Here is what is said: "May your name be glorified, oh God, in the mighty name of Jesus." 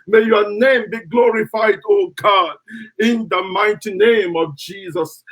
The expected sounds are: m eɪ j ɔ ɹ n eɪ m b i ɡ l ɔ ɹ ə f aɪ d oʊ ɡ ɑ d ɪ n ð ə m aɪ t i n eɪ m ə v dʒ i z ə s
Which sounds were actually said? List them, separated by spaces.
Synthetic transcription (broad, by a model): m eɪ j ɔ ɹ n eɪ m b i ɡ l ɔ ɹ ə f aɪ d oʊ ɡ ɑ d ɪ n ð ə m aɪ t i n eɪ m ə v dʒ i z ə s